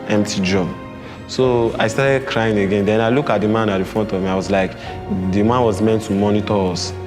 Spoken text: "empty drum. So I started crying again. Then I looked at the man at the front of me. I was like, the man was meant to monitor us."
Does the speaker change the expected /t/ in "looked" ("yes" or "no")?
yes